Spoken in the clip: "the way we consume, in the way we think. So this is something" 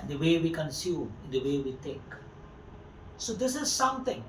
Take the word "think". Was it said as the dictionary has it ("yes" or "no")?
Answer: no